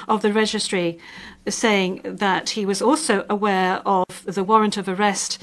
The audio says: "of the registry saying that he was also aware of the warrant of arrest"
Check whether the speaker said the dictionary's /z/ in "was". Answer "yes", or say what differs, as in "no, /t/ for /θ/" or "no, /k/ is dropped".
yes